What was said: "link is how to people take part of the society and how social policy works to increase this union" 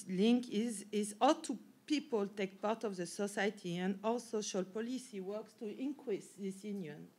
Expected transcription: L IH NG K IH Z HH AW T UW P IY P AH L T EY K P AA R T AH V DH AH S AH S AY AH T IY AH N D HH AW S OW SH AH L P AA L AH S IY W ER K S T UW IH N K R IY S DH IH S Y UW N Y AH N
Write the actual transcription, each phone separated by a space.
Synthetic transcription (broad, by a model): L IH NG K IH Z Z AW T UW P IY P AH L T EY K P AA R T AH V DH AH S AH S AY T IY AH N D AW S OW SH AH L P AA L AH S IY W ER K S T UW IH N K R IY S DH IH S Y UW N Y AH N